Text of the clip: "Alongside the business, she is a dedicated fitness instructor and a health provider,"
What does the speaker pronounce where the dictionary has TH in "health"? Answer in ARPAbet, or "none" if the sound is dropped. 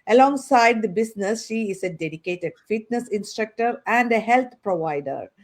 T